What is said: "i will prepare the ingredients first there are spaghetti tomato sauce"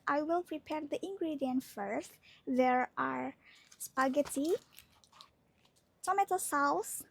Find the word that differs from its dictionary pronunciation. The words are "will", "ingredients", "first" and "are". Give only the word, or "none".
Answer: ingredients